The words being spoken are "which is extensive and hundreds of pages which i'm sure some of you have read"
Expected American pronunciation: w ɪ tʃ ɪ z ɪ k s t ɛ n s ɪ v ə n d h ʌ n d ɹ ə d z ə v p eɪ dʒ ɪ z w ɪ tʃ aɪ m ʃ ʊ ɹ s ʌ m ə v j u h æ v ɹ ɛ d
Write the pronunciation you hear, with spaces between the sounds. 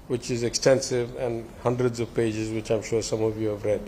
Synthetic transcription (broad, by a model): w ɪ tʃ ɪ z ɪ k s t ɛ n s ɪ v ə n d h ʌ n d ɹ ə d z ə v p eɪ dʒ ɪ z w ɪ tʃ aɪ m ʃ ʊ ɹ s ʌ m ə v j u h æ v ɹ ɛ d